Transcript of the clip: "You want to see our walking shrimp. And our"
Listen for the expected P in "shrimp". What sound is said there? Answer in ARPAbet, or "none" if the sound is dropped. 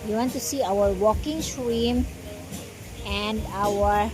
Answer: none